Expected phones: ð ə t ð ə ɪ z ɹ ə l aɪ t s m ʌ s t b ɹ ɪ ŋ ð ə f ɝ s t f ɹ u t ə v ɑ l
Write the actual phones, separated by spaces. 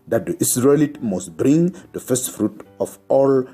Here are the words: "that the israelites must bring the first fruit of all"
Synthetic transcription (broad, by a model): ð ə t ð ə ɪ s ɹ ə l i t m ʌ s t b ɹ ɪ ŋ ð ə f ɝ s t f ɹ u t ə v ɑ l